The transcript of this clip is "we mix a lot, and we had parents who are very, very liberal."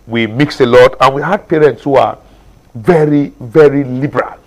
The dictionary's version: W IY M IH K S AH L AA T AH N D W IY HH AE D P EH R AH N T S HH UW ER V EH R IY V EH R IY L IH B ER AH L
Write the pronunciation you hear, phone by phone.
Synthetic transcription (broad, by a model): W IY M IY K S AH L AA T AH N W IY HH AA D P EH R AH N T S HH UW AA V EH R IY V EH R IY L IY B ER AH L